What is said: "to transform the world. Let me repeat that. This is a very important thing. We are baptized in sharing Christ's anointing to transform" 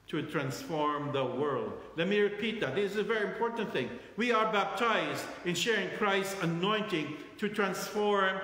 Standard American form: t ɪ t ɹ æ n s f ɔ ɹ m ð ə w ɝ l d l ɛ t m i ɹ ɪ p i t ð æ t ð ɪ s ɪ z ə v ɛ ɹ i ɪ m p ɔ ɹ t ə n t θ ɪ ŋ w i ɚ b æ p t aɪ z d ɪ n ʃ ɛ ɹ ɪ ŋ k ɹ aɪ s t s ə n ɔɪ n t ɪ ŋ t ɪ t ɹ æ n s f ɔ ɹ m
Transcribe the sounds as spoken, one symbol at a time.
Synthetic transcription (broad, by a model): t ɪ t ɹ æ n s f ɔ ɹ m ð ə w ɝ l d l ɛ t m i ɹ ɪ p i t ð æ t ð ɪ s ɪ z ə v ɛ ɹ i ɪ m p ɔ ɹ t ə n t θ ɪ ŋ w i ɚ b æ p t aɪ z d ɪ n ʃ ɛ ɹ ɪ ŋ k ɹ aɪ s t s ə n ɔɪ n t ɪ ŋ t ɪ t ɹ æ n s f ɔ ɹ m